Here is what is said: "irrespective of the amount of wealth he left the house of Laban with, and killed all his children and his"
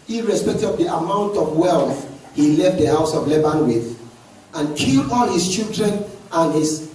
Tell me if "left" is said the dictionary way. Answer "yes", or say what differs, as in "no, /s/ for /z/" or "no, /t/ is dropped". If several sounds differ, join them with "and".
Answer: yes